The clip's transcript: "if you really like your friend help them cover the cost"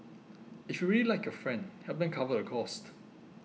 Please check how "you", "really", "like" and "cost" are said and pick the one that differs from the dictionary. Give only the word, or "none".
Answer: none